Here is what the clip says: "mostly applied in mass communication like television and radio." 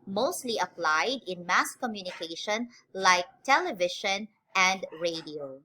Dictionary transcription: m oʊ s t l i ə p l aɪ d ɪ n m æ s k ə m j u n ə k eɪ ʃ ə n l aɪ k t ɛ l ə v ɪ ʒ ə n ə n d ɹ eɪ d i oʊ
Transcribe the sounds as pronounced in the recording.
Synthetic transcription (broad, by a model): m oʊ s t l i ə p l aɪ d ɪ n m æ s k ə m j u n ə k eɪ ʃ ə n l aɪ k t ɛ l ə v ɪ ʃ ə n ə n d ɹ eɪ d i oʊ